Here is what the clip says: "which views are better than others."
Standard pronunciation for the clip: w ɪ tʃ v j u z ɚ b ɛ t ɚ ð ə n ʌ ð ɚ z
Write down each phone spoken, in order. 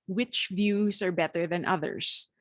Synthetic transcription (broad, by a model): w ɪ tʃ v j u z ɚ b ɛ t ɚ ð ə n ʌ ð ɚ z